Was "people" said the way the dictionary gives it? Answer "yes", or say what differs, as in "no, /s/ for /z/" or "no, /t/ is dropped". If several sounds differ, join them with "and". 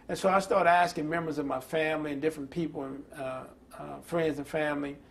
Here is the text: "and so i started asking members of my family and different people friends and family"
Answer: no, /n/ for /l/